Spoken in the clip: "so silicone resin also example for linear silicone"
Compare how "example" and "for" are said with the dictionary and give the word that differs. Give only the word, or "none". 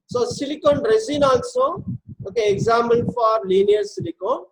example